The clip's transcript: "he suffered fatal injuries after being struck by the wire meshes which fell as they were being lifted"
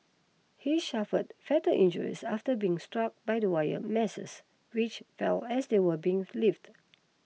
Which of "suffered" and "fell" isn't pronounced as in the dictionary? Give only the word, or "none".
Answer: suffered